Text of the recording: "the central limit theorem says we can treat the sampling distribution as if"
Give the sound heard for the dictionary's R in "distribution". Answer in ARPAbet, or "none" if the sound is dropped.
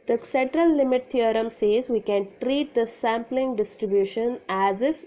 R